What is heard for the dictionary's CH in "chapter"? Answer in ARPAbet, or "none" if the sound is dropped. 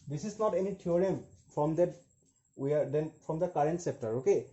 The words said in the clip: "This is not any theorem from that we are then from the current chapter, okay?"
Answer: S